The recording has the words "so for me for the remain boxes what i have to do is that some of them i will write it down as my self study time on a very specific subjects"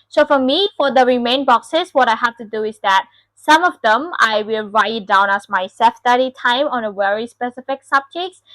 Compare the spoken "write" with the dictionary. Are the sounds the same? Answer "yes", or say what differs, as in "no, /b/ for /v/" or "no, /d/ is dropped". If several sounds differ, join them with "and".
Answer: no, /t/ is dropped